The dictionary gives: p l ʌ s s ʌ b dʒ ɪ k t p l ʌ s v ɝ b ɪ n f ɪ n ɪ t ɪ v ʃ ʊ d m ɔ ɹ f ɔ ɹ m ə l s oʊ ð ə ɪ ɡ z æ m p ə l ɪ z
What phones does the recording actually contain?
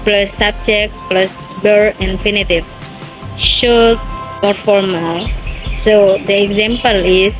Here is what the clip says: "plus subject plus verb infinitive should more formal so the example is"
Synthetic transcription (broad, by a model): p l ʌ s s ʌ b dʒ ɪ k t p l ʌ s b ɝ ɪ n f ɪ n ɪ t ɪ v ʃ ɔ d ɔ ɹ f ɔ ɹ m ə l s oʊ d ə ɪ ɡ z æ m p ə l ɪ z